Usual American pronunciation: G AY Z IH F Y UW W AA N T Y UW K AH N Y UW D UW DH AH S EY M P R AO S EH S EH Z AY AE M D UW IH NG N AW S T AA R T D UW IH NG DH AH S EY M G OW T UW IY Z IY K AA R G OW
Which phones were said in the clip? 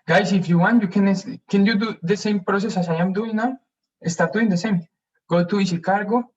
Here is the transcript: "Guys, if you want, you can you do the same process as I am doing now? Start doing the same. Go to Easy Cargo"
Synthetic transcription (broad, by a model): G AY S IH F Y UW W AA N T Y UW K AH N Y UW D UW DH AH S EY M P R AO S EH S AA S AY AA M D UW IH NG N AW S T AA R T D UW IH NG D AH S EY M G OW T UW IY S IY K AA R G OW